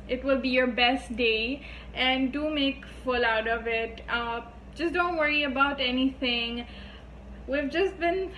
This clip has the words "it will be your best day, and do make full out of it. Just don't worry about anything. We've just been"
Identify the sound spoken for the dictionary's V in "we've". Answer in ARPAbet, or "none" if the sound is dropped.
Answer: V